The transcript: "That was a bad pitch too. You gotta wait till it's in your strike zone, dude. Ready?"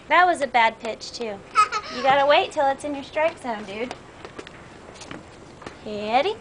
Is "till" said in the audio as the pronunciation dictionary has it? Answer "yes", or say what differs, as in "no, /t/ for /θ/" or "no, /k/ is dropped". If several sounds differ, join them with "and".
yes